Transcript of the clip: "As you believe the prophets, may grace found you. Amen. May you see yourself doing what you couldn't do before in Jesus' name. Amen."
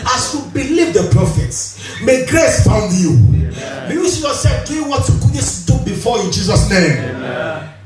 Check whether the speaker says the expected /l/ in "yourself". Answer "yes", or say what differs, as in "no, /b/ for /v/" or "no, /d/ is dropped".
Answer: no, /l/ is dropped